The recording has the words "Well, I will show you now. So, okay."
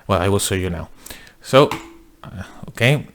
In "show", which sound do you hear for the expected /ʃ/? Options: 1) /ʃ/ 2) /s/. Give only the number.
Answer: 2